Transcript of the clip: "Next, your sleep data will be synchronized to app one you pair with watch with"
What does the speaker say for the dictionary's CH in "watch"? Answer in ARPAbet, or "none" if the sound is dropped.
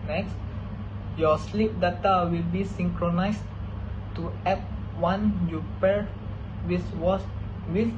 S